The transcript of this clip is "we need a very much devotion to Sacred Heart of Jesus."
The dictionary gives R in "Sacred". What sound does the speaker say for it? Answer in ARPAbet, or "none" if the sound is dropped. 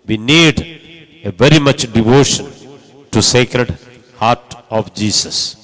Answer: R